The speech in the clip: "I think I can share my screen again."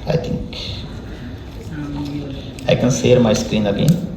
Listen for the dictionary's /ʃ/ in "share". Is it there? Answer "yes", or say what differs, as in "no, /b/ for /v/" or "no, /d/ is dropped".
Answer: no, /s/ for /ʃ/